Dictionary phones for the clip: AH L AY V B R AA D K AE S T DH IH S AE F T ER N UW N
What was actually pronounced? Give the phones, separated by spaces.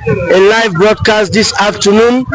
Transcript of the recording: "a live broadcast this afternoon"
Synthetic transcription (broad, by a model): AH L AY V B R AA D K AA S T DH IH S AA F T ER N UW N